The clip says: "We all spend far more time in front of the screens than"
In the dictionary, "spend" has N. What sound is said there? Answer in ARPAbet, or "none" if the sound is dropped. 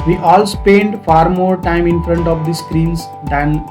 N